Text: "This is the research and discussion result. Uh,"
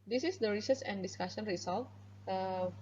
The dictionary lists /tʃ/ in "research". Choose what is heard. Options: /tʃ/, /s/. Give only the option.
/s/